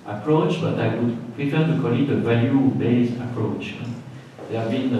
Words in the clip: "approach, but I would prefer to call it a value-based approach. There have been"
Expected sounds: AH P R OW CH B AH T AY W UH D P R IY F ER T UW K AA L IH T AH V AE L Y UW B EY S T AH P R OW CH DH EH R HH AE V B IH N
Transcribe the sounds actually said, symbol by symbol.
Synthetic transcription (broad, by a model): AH P R OW CH B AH T AY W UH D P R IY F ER T UW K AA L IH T AH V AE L Y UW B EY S AH P R OW CH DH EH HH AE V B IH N